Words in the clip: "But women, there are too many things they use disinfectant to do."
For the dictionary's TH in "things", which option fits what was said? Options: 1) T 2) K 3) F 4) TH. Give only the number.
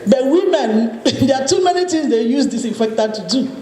1